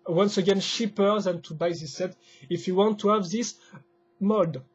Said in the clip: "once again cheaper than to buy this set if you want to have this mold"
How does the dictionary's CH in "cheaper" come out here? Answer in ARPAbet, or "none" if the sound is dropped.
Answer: SH